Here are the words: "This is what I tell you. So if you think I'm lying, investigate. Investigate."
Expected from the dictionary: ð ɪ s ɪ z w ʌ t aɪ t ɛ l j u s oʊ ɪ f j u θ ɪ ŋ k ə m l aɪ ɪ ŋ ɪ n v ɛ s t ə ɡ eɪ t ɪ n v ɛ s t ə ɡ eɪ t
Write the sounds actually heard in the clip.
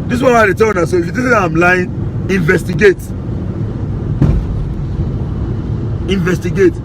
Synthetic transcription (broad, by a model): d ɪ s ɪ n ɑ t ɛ t ɛ l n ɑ s oʊ ɪ f j u t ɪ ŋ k ə m l aɪ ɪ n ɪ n v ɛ s t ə ɡ eɪ t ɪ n v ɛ s t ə ɡ eɪ t